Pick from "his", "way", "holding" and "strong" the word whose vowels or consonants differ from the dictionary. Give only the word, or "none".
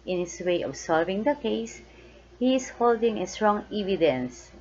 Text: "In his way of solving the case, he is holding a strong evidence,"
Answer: his